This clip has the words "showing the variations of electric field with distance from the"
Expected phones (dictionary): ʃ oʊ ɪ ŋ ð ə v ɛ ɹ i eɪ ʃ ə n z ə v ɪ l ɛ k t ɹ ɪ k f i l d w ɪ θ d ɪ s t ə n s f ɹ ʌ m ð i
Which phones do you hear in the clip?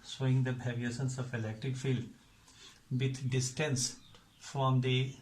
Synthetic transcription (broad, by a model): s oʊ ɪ ŋ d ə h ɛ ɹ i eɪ s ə n s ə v ɪ l ɛ k t ɹ ɪ k f i l d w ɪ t d ɪ s t ə n s f ɹ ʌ m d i